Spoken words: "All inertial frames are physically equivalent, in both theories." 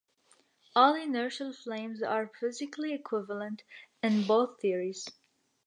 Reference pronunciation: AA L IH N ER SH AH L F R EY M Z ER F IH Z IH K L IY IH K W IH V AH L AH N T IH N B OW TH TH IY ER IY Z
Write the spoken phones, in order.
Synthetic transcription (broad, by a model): AA L IH N ER SH AH L F L EY M Z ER F IH Z IH K L IY IH K W IH V AH L AH N T IH N B OW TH TH IY ER IY Z